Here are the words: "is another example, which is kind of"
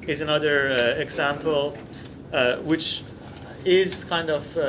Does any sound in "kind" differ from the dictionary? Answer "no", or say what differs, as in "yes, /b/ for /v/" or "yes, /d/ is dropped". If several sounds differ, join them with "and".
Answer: no